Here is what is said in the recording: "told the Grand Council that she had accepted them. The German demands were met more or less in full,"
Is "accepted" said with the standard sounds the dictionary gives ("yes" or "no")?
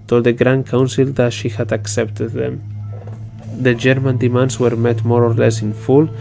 yes